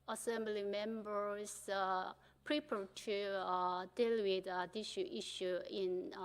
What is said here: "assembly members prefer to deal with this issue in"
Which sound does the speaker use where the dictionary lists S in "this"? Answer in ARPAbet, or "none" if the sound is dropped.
SH